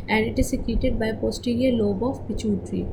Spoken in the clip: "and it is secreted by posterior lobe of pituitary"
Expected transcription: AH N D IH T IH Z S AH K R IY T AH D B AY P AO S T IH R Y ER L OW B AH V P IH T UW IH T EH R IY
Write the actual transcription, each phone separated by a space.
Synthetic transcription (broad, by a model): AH N D IH T IH Z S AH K IY T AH D B AY P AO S T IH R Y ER L OW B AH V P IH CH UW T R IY